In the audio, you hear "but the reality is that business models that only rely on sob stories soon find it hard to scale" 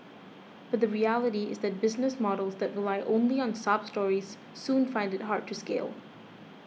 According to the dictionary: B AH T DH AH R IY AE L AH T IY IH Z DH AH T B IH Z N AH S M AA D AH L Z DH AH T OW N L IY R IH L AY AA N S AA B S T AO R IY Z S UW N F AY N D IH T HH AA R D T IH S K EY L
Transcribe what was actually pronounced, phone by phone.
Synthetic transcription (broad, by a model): B AH T DH AH R IY AE L AH T IY IH Z DH AH T B IH Z N AH S M AA D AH L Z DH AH T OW L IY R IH L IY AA N S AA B S T AO R IY Z S UW N F AY N D IH T HH AA R D T IH S K EY L